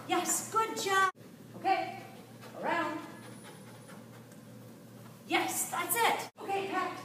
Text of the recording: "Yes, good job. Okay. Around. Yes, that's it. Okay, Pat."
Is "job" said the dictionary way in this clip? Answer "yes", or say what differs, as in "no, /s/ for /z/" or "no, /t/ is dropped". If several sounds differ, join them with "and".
no, /b/ is dropped